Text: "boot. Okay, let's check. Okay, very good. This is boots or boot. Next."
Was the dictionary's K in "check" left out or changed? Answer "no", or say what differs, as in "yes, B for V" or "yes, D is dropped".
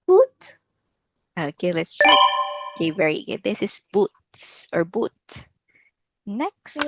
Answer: yes, K is dropped